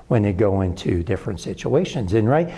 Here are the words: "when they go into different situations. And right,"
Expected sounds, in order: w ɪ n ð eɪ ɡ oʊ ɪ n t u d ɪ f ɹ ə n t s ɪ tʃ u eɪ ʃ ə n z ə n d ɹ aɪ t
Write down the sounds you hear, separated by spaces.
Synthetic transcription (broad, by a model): w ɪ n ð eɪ ɡ oʊ ɪ n t u d ɪ f ɹ ə n t s ɪ tʃ u eɪ ʃ ə n z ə n ɹ aɪ t